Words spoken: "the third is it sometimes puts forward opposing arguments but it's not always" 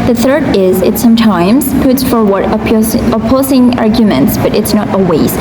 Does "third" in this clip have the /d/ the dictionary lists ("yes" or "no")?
yes